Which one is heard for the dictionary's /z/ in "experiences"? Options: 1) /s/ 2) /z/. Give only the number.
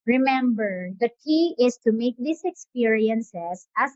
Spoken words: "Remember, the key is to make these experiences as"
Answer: 1